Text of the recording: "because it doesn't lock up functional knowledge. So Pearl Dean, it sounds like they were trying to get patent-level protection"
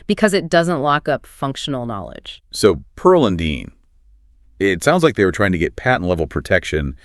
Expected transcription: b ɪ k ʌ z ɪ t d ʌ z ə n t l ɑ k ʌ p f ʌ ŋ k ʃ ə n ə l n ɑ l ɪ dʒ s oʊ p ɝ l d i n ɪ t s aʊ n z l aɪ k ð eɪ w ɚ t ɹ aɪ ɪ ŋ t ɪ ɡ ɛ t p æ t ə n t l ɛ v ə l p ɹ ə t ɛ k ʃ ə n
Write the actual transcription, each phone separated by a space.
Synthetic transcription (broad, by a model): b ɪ k ʌ z ɪ t d ʌ z ə n t l ɑ k ʌ p f ʌ ŋ k ʃ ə n l n ɑ l ɪ dʒ s oʊ p ɝ l d i n ɪ t s aʊ n z l aɪ k ð eɪ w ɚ t ɹ aɪ ɪ ŋ t ɪ ɡ ɛ t p æ t n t l ɛ v l p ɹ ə t ɛ k ʃ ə n